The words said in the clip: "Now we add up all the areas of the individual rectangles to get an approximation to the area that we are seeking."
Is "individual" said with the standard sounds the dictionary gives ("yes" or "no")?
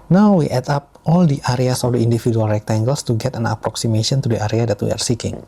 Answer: no